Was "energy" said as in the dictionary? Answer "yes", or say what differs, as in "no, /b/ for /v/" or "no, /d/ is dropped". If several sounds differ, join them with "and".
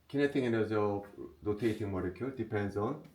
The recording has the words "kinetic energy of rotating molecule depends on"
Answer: no, /z/ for /dʒ/